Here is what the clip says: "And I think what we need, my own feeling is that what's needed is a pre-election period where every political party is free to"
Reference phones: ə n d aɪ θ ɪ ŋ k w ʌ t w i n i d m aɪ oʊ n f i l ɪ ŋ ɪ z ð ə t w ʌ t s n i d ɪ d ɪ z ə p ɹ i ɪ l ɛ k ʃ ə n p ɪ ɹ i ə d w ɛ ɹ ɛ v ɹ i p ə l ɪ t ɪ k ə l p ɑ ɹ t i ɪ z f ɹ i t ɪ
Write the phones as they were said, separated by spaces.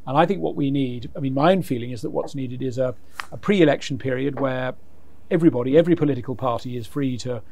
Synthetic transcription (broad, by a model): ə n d aɪ θ ɪ ŋ k w ʌ t w i n i d m aɪ oʊ n f i l ɪ ŋ ɪ z ð ə t w ʌ t s n i d ɪ d ɪ z ə p ɹ i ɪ l ɛ k ʃ n p ɪ ɹ i ə d w ɛ ɹ ɛ v ɹ i p ə l ɪ t ɪ k ə l p ɑ ɹ t i ɪ z f ɹ i t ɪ